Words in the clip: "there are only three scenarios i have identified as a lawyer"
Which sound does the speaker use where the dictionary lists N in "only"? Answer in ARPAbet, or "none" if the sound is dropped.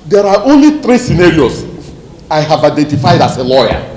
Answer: N